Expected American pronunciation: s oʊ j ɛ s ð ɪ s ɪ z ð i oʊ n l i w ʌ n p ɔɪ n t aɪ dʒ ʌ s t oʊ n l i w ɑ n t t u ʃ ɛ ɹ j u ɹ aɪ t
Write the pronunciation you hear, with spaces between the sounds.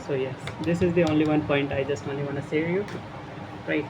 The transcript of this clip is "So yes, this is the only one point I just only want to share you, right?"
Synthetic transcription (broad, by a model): s oʊ j ɛ s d ɪ s ɪ z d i oʊ n l i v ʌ n p ɔɪ n t aɪ dʒ ʌ s t oʊ n l i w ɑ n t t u s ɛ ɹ j u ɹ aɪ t